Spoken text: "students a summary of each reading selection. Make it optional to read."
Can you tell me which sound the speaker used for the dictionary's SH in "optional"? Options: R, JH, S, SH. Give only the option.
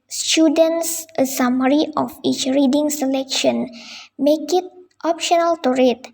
SH